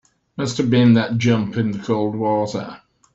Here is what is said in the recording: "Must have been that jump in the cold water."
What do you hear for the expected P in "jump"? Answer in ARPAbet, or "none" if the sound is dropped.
P